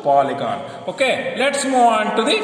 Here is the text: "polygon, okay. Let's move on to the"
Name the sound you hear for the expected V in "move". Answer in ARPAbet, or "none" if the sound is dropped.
none